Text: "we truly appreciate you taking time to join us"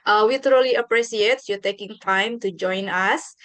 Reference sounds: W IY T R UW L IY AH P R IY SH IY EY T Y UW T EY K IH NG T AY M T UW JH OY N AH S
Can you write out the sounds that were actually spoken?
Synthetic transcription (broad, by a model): W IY T R UW L IY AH P R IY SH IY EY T Y UW T EY K IH NG T AY M T UW JH OY N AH S